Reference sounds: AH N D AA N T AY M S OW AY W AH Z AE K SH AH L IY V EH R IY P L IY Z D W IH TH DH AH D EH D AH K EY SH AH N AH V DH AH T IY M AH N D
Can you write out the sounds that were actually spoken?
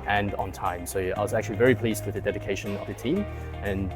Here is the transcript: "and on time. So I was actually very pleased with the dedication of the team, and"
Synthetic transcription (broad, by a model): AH N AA N T AY M S OW AY W AH Z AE K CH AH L IY V EH R IY P L IY Z D W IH DH AH D EH D AH K EY SH AH N AH V DH AH T IY M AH N